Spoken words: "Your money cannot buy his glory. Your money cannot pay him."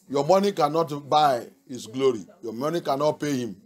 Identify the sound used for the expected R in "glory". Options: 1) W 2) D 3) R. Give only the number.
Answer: 3